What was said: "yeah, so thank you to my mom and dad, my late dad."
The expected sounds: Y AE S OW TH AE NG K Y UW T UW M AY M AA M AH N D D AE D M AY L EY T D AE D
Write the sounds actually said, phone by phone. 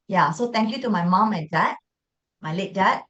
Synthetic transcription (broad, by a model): Y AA S OW T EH NG K Y UW T UW M AY M AA M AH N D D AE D M AY L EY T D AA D